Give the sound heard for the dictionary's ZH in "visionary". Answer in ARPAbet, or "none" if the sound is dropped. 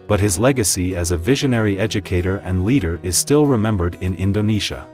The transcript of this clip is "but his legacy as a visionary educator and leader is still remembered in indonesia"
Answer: ZH